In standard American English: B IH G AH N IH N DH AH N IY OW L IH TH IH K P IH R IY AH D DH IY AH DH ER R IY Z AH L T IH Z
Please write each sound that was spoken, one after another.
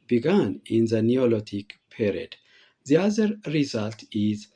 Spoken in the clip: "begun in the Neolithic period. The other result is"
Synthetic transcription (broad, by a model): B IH G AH N IH N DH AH N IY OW L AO T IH K P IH R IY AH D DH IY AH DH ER R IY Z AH L T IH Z